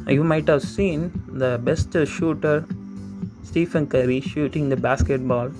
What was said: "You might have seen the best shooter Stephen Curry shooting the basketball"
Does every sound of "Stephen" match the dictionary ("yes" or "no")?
no